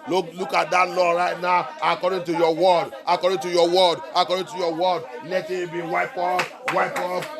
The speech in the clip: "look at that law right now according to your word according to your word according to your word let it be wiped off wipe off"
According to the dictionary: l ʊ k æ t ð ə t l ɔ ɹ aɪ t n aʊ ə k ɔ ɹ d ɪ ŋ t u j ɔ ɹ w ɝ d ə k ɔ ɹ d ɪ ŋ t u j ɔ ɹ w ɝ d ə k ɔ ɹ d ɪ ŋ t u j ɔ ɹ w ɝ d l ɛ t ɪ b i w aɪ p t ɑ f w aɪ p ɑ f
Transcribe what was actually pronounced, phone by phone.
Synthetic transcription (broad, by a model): l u k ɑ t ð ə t l ɔ ɹ aɪ t n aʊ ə k ɔ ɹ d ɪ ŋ t u j ɔ w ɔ d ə k ɔ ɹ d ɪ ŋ t u j ɔ w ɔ d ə k ɔ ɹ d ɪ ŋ t u j ɔ w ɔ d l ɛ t ɪ b i w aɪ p ɑ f w aɪ p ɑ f